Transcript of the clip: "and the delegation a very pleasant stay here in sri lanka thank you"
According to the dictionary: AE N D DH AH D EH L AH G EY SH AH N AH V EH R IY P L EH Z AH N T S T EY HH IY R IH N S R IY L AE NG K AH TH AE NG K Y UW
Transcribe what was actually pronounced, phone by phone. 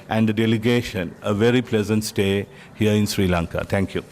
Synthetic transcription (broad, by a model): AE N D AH D EH L AH G EY SH AH N AH V EH R IY P L EH Z AH N T S T EY HH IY R IH N S R IY L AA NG K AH T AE NG K Y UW